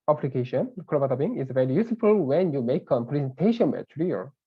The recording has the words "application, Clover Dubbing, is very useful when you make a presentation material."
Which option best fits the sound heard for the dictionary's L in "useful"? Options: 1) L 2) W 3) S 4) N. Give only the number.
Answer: 1